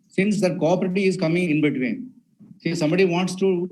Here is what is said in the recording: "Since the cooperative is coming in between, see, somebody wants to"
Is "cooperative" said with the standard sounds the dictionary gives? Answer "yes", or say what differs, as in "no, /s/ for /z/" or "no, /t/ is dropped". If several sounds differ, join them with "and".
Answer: no, /v/ is dropped